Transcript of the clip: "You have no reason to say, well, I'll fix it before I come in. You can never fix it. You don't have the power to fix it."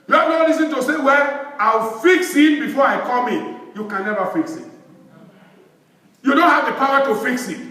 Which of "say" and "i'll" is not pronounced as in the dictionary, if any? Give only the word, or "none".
i'll